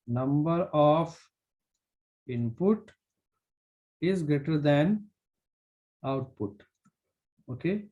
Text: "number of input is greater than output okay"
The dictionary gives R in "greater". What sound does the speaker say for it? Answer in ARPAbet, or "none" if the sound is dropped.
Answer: none